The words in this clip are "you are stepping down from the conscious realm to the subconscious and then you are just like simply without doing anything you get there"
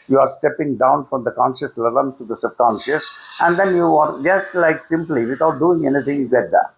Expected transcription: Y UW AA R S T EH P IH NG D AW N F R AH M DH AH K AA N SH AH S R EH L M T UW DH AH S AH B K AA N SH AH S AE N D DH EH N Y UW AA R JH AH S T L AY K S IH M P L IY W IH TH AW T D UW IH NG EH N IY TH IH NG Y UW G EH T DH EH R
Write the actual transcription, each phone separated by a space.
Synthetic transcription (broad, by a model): Y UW AA R S T EH P IH NG D AW N F R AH M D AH K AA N SH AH S L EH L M T UW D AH S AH B K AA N SH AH S AE N D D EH N Y UW AA R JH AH S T L AY K S IH M P L IY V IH T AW T D UW IH NG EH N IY T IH NG Y UW G EH T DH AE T